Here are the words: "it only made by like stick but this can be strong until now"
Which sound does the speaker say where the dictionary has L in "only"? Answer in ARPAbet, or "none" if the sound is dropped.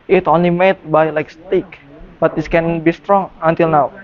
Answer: L